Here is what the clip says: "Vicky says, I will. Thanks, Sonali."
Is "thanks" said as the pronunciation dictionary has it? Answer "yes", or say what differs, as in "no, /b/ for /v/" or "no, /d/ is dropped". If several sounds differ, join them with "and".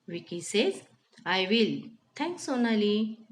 no, /t/ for /θ/